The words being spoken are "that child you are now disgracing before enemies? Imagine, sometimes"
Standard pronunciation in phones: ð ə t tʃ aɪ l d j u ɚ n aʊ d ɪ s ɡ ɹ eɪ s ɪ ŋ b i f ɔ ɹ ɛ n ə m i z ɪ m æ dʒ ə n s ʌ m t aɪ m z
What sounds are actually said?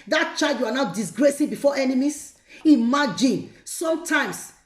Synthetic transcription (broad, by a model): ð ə t tʃ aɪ d j u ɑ n aʊ d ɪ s ɡ ɹ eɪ s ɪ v b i f ɔ ɛ n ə m i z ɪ m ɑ dʒ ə n s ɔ m t aɪ m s